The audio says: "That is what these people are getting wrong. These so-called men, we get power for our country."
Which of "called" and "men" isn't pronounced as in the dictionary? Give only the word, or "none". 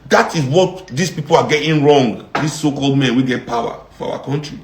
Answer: none